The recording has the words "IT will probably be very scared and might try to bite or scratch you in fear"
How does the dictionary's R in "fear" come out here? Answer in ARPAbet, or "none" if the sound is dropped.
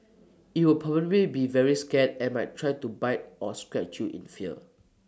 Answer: L